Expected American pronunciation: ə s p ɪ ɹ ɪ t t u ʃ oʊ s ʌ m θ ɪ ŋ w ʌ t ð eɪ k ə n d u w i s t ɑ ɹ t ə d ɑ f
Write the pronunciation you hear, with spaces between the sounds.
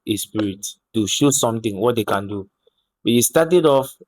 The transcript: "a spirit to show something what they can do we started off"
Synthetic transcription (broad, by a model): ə s p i ɹ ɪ t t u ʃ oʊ s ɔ m t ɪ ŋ w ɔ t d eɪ k ə n d u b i s t ɑ t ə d ɑ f